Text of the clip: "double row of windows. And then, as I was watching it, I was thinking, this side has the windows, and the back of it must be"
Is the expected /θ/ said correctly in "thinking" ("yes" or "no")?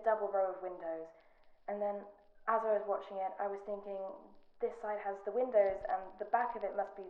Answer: yes